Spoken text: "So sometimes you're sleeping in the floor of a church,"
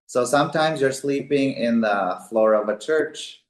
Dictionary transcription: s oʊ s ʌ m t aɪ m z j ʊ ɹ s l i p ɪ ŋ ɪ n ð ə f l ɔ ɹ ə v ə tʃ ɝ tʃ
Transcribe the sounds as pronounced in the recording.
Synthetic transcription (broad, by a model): s oʊ s ʌ m t aɪ m z j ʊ ɹ s l i p ɪ ŋ ɪ n ð ə f l ɔ ɹ ə v ə tʃ ɝ tʃ